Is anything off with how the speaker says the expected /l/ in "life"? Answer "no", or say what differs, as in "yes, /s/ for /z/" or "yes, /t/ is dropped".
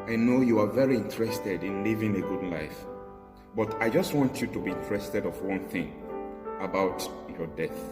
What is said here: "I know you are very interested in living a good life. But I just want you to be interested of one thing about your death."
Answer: no